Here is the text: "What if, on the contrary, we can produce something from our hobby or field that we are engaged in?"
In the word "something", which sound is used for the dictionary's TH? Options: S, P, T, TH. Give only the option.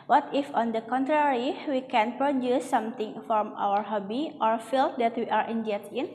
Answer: T